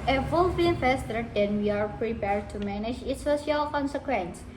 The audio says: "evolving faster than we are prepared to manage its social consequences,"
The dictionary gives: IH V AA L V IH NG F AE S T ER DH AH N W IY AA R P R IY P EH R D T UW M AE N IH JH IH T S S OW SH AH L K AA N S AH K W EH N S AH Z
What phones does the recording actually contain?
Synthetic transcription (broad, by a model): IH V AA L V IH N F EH S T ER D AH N W IY AA R P R IY P EH R D T UW M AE N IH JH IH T S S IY AH L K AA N S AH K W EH N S